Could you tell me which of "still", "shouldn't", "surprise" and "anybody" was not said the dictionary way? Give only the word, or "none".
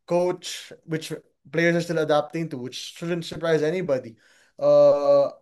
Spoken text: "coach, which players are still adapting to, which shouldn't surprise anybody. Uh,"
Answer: none